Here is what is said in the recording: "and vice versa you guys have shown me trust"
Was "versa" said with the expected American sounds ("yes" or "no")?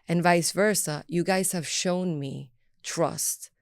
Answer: yes